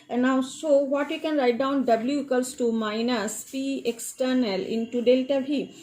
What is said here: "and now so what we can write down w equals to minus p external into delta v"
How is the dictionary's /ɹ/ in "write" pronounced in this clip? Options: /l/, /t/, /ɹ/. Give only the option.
/ɹ/